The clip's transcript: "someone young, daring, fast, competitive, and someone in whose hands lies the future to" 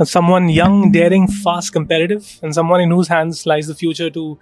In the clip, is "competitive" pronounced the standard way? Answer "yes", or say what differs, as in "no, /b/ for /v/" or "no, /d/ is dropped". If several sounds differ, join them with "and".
yes